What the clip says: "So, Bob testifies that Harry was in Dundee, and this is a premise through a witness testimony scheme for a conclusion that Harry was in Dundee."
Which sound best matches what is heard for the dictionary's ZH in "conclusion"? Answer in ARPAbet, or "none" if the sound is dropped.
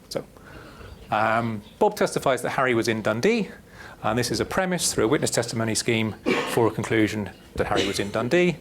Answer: ZH